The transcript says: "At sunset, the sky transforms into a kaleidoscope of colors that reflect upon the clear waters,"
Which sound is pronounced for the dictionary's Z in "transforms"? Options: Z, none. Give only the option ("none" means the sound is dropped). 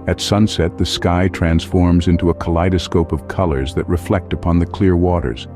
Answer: Z